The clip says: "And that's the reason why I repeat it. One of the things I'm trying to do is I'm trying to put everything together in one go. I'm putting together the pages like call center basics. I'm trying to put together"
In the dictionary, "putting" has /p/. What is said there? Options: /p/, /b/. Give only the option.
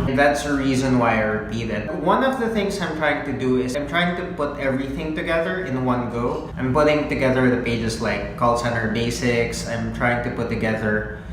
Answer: /p/